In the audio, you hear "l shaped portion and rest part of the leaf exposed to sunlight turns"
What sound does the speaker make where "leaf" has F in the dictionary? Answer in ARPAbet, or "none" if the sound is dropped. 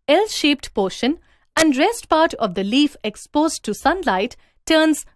F